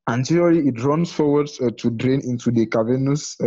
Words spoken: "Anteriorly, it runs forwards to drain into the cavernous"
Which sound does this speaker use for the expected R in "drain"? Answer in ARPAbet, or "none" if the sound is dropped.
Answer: R